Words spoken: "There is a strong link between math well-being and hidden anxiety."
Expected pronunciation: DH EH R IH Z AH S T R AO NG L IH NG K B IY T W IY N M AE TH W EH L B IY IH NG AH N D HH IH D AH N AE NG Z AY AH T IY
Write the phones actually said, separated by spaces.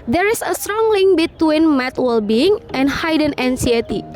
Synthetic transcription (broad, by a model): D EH R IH S AH S T R AO NG L IH NG K B IY T W IY N M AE T W EH L B IY IH NG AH N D HH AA D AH N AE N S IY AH T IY